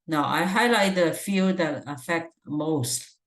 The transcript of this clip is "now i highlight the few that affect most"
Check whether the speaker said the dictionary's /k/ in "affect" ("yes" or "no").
yes